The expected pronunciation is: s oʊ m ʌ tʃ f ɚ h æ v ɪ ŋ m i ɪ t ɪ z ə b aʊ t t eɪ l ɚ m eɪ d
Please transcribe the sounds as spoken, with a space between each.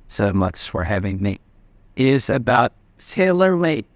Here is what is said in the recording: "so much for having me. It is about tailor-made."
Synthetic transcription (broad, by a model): s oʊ m ʌ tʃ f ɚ h æ v ɪ ŋ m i t ɪ z ə b aʊ t s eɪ l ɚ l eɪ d